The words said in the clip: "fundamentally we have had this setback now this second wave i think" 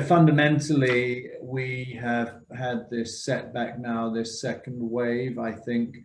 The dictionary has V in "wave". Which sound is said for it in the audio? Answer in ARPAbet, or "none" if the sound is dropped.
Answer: V